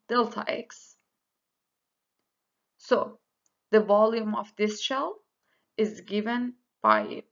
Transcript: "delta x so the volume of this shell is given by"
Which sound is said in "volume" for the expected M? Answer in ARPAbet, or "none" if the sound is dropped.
M